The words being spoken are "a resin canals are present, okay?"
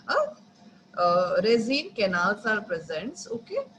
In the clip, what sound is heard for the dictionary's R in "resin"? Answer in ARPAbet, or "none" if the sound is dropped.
R